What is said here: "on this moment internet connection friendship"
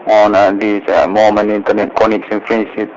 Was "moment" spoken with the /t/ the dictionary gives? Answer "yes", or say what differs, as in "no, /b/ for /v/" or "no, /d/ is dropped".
no, /t/ is dropped